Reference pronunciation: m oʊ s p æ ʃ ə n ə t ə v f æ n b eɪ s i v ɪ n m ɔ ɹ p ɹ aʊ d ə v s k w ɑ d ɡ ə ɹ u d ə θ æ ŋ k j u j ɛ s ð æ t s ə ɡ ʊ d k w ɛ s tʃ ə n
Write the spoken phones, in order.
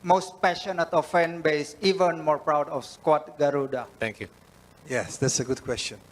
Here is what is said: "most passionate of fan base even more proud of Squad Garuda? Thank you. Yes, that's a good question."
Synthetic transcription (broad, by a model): m oʊ s p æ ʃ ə n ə t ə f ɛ n b eɪ s i v ɪ n m ɔ ɹ p ɹ aʊ d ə f s k w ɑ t ɡ ə ɹ u d ə t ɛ ŋ k j u j ɛ s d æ t s ə ɡ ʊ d k w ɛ s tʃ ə n